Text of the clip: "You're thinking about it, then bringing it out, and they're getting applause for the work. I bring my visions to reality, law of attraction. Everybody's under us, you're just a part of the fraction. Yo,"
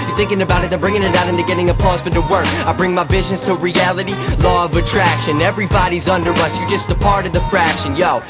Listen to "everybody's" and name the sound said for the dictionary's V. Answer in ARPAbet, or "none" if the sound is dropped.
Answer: V